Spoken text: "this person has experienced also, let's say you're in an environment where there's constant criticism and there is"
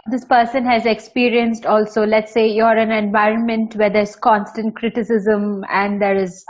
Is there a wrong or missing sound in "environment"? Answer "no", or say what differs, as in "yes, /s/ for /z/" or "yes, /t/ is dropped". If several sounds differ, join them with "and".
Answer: no